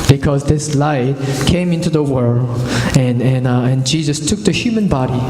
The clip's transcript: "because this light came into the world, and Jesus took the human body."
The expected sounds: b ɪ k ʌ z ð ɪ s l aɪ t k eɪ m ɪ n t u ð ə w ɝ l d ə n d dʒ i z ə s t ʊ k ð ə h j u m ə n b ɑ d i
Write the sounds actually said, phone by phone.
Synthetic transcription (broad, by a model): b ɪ k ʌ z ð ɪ s l aɪ t k eɪ m ɪ n t u ð ə w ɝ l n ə n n dʒ i z ə s t ʊ k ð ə h j u m ə n b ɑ d i